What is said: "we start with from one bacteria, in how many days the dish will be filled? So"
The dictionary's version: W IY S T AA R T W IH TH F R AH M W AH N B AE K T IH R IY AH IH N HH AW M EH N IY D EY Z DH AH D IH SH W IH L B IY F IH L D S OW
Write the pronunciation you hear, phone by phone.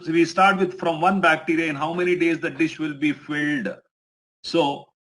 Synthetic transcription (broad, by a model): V IY S T AA R T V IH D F R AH M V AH N B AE K T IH R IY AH IH N HH AW M EH N IY D EY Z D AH D IH SH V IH L B IY F IH L D S OW